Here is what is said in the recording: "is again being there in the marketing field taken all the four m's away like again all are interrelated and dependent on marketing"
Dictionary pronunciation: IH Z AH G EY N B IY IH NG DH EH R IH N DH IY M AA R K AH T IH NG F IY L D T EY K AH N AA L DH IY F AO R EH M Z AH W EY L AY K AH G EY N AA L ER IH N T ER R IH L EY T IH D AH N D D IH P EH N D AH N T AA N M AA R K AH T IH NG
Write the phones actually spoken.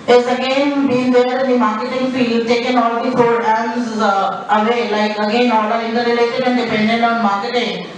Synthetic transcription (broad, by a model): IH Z AH G EY N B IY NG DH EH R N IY M AA R K AH T IH NG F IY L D T EY K AH N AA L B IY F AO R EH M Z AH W EY L AY K AH G EY N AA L ER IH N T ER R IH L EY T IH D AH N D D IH P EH N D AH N AA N M AA R K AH T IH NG